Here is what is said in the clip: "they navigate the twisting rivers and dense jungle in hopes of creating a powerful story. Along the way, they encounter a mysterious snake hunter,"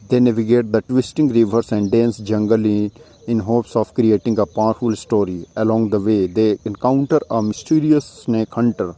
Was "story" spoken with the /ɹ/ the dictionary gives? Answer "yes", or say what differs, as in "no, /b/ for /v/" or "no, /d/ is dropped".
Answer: yes